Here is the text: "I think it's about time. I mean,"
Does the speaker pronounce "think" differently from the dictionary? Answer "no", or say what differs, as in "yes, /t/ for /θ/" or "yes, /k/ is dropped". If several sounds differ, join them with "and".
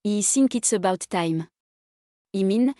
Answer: yes, /s/ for /θ/